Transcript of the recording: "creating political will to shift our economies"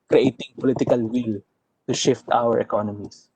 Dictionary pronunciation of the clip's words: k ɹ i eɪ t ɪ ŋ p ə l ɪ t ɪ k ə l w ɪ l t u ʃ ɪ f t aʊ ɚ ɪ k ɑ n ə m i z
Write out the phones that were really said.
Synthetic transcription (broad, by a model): k ɹ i eɪ t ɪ ŋ p ə l ɪ t ɪ k ə l w ɪ l t u ʃ ɪ f t aʊ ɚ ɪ k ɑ n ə m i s